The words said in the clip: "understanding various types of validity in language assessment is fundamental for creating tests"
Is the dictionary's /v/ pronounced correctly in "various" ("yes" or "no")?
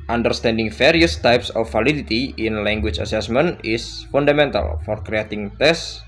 no